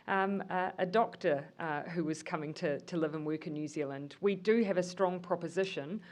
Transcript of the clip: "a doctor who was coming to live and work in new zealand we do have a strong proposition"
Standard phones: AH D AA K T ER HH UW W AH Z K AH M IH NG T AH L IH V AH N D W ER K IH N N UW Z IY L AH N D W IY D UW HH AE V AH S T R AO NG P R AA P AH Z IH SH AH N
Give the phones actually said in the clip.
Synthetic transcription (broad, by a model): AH D AA K T ER HH UW W AH Z K AH M IH NG T AH L IH V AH N W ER K IH N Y UW Z IY L AH N D W IY D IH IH V AH S T R AO NG P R AA P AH Z IH SH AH N